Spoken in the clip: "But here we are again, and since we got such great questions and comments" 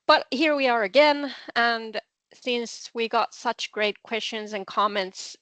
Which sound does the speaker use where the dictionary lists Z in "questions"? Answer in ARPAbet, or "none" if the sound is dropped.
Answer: Z